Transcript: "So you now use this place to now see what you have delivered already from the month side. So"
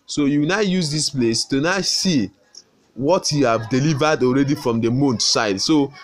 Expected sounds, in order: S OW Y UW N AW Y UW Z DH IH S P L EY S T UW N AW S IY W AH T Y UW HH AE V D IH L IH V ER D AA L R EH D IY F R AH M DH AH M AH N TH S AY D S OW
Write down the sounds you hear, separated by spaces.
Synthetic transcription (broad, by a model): S OW Y UW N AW Y UW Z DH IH S P L EY S T UW N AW S IY W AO T Y UW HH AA V D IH L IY V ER D AA L R EH D IY F R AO M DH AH M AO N T S AY D S OW